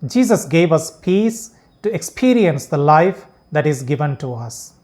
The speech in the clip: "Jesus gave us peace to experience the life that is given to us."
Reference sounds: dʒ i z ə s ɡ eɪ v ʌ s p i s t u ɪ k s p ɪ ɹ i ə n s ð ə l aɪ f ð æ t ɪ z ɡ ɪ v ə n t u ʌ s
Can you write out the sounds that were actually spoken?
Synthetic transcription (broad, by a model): dʒ i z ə s ɡ eɪ v ʌ s p i s t u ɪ k s p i ɹ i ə n s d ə l aɪ f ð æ t ɪ z ɡ ɪ v ə n t u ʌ s